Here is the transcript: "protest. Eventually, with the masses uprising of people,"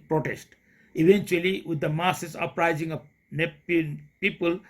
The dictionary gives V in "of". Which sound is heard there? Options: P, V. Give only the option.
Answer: P